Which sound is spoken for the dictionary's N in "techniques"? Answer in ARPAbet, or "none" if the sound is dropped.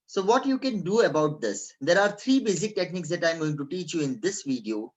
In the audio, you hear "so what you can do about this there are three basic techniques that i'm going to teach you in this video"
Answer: N